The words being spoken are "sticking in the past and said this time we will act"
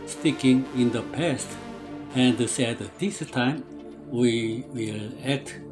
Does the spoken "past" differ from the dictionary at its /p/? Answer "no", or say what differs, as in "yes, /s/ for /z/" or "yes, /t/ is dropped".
no